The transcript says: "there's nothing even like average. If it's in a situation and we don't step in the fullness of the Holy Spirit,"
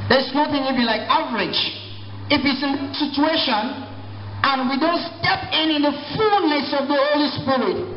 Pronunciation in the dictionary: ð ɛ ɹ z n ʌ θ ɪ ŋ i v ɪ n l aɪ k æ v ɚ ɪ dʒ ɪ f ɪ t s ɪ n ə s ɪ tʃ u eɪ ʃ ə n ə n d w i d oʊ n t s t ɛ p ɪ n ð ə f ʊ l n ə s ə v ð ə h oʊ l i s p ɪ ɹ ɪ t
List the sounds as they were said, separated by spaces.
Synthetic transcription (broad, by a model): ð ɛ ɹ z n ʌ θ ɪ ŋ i b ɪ l aɪ k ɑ v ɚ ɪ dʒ ɪ f ɪ t s ɪ n s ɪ tʃ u eɪ ʃ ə n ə n w i d oʊ n t s t ɛ p ɪ n ð ə f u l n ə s ə v ð ə h oʊ l i s p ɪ ɹ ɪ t